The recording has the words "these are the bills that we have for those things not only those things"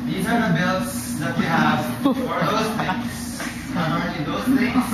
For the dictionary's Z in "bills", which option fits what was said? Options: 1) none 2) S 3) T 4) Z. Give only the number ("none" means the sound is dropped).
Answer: 2